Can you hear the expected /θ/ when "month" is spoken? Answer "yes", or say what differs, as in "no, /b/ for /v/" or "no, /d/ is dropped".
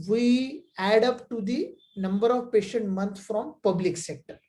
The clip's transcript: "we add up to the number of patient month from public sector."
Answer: no, /t/ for /θ/